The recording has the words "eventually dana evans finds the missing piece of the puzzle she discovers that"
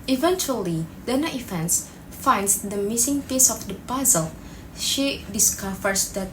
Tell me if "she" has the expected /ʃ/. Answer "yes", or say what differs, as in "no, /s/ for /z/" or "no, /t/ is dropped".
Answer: yes